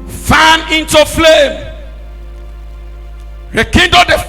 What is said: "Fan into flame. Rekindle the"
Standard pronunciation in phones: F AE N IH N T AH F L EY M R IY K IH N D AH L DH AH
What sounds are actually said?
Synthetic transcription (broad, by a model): F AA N IH N T AH F L EY M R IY K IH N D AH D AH